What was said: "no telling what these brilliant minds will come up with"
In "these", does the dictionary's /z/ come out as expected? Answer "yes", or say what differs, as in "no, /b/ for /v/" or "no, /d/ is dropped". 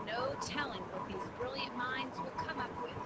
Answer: yes